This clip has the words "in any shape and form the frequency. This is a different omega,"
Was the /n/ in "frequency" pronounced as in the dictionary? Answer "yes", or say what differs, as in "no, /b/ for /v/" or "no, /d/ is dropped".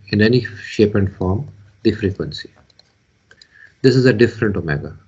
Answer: yes